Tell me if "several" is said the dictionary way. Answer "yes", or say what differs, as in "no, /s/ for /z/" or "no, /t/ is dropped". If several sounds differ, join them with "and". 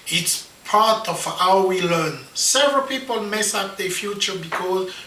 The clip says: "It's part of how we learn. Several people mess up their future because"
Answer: yes